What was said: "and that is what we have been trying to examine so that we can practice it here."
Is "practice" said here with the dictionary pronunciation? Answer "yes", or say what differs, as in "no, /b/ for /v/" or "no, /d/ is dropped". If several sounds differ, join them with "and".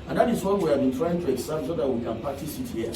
no, /ɹ/ is dropped